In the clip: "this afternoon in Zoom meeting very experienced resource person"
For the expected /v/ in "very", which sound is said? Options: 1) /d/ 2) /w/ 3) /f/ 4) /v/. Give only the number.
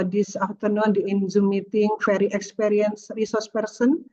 3